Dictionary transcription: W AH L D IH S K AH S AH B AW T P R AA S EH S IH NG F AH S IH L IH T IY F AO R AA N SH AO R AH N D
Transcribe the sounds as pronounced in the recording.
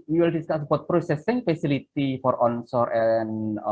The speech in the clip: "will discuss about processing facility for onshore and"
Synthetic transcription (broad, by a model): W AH L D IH S K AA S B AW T P R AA S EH S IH NG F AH S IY L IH T IY F AO R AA N S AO R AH N